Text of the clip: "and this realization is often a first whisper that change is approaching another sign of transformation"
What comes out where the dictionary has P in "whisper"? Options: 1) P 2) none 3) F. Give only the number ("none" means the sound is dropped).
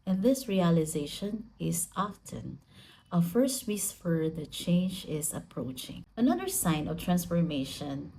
3